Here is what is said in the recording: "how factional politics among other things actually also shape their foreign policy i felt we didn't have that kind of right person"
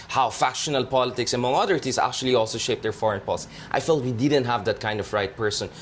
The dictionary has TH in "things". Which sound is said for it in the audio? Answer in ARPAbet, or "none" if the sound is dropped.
T